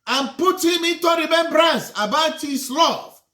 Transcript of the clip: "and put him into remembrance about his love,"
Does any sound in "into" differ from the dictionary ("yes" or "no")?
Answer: no